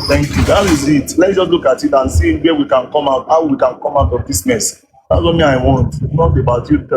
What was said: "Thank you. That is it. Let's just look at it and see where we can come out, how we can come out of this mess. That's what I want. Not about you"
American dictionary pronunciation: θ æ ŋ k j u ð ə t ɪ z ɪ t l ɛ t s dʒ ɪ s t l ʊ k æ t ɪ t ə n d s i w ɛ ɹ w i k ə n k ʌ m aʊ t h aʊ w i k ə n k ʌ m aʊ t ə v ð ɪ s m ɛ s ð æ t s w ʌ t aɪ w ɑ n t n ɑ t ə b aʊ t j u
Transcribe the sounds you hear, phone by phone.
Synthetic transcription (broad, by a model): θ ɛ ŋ k j u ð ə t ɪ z ɪ t l ɛ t dʒ ɪ s t l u k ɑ t ɪ t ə n s i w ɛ w i k ə n k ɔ m aʊ t h aʊ w i k ə n k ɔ m aʊ t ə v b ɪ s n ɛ s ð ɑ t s w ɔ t aɪ w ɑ n t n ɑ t ə b aʊ t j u